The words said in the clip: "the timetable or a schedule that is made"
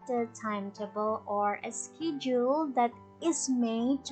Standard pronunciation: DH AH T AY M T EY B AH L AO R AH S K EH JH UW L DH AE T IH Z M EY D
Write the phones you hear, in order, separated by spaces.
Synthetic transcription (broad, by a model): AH T AY M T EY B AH L AO R AH S K EH JH UW L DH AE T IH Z M EY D